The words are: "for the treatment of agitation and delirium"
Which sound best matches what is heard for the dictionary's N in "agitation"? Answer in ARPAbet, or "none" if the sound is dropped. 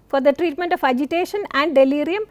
N